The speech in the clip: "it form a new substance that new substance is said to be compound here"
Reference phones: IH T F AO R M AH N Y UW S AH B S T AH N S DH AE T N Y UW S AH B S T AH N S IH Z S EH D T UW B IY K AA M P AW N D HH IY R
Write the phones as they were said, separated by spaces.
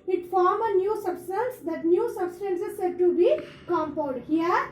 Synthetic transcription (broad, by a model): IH T F AO R M AH N Y UW S AH B S T AH N S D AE T N Y UW S AH B S T AH N S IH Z S EH D T UW B IY K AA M P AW L D HH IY R